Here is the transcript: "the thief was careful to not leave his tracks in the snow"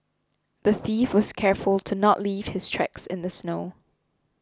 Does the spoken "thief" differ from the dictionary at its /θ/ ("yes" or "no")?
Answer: no